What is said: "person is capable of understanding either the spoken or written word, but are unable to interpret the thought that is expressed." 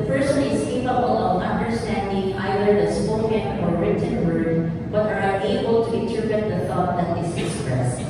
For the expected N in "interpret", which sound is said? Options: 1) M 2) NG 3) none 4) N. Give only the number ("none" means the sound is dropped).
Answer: 3